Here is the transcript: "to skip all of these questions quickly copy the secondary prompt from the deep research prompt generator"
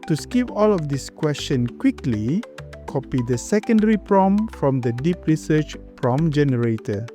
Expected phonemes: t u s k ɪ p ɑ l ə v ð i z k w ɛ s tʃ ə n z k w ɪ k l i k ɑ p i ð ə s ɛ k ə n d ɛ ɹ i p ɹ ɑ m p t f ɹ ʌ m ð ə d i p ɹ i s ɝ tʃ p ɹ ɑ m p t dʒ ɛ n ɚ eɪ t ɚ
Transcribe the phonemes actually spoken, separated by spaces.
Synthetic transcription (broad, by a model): t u s k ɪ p ɑ l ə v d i s k w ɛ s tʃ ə n k w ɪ k l i k ɑ p i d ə s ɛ k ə n d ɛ ɹ i p ɹ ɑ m f ɹ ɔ m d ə d i p ɹ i s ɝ tʃ p ɹ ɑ m dʒ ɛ n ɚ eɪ t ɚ